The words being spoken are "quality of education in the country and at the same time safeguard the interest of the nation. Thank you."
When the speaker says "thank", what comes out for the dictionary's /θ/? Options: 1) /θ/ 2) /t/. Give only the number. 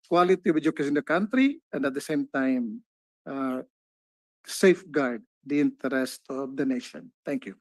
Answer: 2